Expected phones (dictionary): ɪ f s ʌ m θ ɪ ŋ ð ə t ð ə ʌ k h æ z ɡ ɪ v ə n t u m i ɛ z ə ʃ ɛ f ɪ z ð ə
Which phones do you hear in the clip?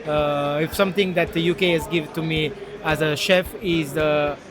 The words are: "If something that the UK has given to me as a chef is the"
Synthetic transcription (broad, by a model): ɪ f s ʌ m t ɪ ŋ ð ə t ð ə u k h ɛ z ɡ ɪ v ə n t u m i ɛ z ə ʃ ɛ f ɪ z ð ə